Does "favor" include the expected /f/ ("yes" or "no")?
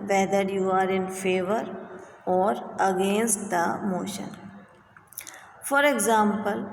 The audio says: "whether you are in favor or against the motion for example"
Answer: yes